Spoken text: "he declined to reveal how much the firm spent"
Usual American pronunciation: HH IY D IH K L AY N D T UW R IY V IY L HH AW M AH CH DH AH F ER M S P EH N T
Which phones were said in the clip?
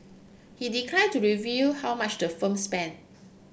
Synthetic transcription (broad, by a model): HH IY D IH K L AY D T UW R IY V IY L HH AW M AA CH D AH F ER M S P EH N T